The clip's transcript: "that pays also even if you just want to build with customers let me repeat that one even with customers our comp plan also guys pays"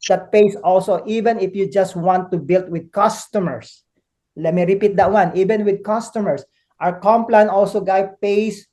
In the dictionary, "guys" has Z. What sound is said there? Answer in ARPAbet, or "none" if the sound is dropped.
none